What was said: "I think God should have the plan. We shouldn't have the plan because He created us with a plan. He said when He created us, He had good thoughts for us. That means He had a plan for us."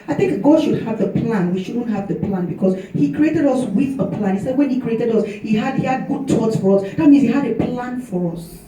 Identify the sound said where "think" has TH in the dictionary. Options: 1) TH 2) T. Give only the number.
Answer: 1